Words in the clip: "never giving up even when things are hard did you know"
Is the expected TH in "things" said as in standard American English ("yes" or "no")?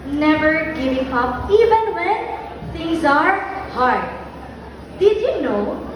no